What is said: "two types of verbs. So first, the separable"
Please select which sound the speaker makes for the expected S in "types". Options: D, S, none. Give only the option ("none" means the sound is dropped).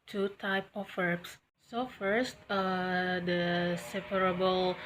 none